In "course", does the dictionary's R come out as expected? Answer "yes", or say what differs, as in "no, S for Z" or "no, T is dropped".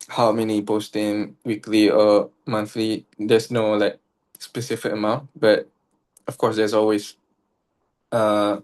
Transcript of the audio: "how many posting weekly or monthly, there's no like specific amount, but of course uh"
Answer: no, W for R